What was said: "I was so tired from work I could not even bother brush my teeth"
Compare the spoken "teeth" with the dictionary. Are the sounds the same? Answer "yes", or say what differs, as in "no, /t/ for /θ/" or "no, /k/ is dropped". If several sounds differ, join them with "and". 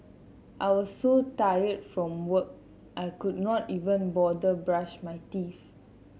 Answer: no, /f/ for /θ/